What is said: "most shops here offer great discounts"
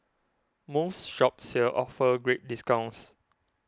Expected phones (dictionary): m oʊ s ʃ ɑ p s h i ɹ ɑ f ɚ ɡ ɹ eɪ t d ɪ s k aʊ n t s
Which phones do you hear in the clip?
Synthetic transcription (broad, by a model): m oʊ s ʃ ɑ p s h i l ɑ f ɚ ɡ ɹ eɪ t d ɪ s k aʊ n s